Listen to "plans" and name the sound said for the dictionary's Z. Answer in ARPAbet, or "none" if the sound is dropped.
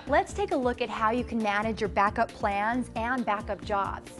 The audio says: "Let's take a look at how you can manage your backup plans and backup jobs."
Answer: Z